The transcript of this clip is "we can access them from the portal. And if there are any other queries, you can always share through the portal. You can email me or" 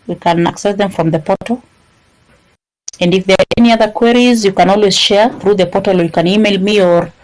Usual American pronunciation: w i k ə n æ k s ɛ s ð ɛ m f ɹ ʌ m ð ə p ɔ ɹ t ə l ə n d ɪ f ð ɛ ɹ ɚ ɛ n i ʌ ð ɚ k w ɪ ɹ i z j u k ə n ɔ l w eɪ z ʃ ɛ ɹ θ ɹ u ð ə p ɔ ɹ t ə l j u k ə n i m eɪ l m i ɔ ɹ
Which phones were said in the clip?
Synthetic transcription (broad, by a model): w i k ə n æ k s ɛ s ð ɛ m f ɹ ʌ m ð ə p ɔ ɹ t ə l ə n d ɪ f ð ɛ ɹ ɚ ɛ n i ʌ ð ɚ k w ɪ ɹ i z j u k ə n ɔ l w eɪ z ʃ ɛ ɹ θ ɹ u ð ə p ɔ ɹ t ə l j u k ə n i m eɪ l m i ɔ ɹ